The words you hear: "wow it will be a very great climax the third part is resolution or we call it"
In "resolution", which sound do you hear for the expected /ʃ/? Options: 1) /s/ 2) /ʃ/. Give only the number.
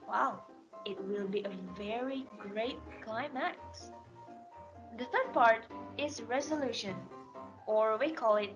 2